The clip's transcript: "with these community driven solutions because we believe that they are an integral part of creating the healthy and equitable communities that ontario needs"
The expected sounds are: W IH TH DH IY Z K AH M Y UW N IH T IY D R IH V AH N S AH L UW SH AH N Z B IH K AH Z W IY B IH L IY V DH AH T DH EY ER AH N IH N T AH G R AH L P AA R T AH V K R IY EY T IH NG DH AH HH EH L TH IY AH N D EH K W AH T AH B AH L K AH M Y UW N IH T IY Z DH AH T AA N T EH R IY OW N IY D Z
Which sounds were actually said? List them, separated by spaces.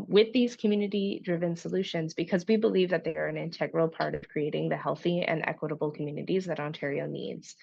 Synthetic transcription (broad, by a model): W IH DH IY Z K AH M Y UW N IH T IY D R IH V AH N S AH L UW SH AH N Z B IH K AH Z W IY B IH L IY V DH AH T DH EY ER AH N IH N T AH G R L P AA R T AH V K R IY EY T IH NG DH AH HH EH L TH IY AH N EH K W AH T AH B L K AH M Y UW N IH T IY Z DH AH T AA N T EH R IY OW N IY D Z